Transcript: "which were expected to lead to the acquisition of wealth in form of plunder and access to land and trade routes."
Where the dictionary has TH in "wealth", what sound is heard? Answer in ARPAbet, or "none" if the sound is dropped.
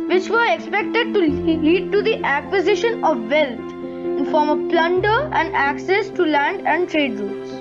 T